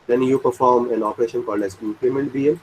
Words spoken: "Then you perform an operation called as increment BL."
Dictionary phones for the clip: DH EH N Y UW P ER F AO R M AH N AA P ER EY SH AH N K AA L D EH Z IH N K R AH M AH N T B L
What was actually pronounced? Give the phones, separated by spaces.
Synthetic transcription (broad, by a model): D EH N Y UW P ER F AO R M AH N AA P ER EY SH AH N K AA L D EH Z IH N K L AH M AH N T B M